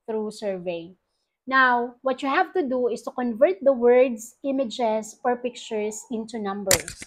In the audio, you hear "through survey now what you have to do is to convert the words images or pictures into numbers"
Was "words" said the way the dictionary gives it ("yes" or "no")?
no